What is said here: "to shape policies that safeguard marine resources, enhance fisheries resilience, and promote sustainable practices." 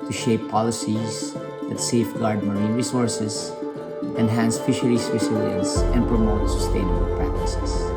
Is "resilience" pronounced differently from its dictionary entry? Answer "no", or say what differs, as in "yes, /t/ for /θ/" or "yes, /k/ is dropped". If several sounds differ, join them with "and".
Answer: yes, /s/ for /z/